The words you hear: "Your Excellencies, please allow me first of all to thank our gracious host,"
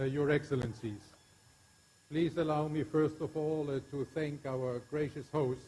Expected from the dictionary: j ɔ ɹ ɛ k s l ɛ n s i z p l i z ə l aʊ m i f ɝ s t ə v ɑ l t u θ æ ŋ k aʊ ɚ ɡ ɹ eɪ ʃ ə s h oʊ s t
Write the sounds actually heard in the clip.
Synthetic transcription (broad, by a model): j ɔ ɹ ɛ k s l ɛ n s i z p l i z ə l aʊ m i f ɝ s t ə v ɑ l t u θ æ ŋ k aʊ ɚ ɡ ɹ eɪ ʃ ə s h oʊ s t